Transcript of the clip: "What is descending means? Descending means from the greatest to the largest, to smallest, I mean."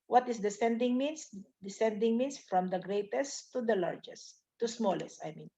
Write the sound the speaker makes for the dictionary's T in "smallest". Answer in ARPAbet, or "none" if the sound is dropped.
T